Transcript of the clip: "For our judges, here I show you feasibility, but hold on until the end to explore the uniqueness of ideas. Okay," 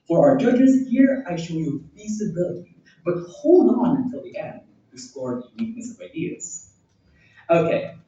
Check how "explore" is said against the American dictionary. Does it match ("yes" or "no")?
no